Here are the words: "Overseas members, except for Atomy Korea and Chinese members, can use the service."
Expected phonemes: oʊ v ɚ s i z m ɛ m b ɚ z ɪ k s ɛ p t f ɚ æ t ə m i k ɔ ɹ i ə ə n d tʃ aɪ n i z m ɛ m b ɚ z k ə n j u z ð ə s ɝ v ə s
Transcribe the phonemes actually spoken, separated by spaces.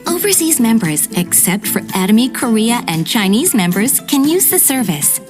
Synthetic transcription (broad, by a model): oʊ v ɚ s i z m ɛ m b ɚ z ɪ k s ɛ p t f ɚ æ t ə m i k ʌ ɹ i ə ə n tʃ aɪ n i z m ɛ m b ɚ z k ə n j u z ð ə s ɝ v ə s